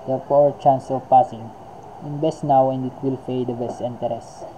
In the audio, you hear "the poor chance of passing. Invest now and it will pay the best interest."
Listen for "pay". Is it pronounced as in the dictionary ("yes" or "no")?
no